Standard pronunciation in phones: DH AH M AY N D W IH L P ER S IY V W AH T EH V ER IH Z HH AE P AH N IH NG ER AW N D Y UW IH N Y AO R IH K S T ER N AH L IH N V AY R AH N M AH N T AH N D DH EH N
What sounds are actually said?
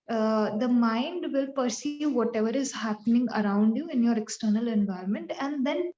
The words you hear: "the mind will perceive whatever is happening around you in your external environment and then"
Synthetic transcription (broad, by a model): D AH M AY N D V IH L P ER S IY V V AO T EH V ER IH Z HH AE P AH N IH NG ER AW N D Y UW IH N Y AO R IH K S T ER N AH L IH N V AY R AH N M AH N T AH N D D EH N